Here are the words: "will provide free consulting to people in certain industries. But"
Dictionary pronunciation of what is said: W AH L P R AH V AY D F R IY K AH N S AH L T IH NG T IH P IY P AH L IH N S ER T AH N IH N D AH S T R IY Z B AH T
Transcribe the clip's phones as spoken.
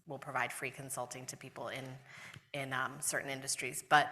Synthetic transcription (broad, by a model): W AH L P R AH V AY D F R IY K AH N S AH L T IH NG T IH P IY P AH N IH N S ER T N IH N D AH S T R IY Z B AH T